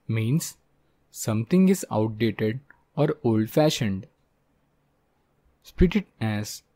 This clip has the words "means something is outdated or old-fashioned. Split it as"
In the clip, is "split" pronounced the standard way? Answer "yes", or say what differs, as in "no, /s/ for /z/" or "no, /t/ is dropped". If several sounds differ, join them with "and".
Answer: no, /l/ is dropped